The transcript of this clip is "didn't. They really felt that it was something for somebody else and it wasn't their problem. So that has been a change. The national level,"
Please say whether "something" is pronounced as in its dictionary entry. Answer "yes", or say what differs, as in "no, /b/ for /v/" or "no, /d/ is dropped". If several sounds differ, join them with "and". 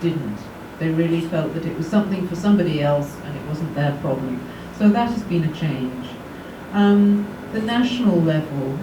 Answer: yes